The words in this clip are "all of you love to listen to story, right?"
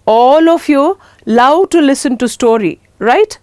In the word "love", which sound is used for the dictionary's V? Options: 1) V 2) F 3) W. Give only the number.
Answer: 3